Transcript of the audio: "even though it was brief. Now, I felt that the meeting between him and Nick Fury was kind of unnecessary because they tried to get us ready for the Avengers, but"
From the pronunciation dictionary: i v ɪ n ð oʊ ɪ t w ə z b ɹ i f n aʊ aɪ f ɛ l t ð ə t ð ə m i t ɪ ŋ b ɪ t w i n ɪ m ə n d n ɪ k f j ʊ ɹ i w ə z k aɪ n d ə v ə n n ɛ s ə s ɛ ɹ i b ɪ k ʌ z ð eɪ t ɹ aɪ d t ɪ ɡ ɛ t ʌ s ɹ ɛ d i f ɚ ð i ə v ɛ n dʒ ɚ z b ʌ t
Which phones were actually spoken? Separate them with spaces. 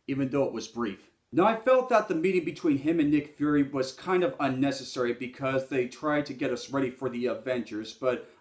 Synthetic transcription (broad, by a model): i v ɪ n ð oʊ ɪ t w ə z b ɹ i f n aʊ aɪ f ɛ l t ð ə t ð ə m i t ɪ ŋ b ɪ t w i n ɪ m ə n n ɪ k f j ʊ ɹ i w ə z k aɪ n d ə v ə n n ɛ s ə s ɛ ɹ i b ɪ k ʌ z ð eɪ t ɹ aɪ d t ɪ ɡ ɛ t ʌ s ɹ ɛ d i f ɚ ð i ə v ɛ n tʃ ɚ z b ʌ t